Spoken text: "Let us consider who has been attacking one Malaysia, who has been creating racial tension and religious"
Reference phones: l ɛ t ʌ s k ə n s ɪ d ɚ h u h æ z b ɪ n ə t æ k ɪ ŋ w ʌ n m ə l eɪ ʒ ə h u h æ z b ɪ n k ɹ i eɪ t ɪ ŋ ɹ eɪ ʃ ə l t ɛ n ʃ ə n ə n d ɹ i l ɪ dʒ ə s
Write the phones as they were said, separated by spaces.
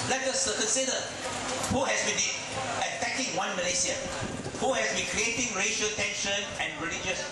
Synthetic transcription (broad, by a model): l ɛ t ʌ s k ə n s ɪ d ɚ h u h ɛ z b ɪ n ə t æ k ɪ ŋ w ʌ n m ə l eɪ s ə h u h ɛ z b ɪ n k ɹ i eɪ t ɪ ŋ ɹ eɪ ʃ ə l t ɛ n ʃ ə n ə n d ɹ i l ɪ dʒ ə s